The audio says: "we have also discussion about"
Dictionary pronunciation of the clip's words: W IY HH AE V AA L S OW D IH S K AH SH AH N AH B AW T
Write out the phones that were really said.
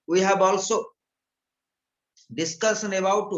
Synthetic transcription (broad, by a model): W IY HH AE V AA L S OW D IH S K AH S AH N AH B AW T